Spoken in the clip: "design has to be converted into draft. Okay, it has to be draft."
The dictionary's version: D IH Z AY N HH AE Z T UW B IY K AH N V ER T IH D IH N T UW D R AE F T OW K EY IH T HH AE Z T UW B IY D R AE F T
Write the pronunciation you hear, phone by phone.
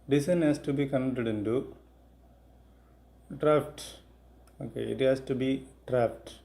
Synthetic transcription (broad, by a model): D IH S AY N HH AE S T UW B IY K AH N ER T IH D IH N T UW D R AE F T OW K EY IH T HH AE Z T UW B IY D R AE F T